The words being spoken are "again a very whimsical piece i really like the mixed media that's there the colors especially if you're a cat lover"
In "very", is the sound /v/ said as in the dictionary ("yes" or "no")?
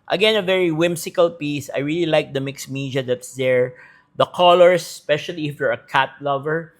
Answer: yes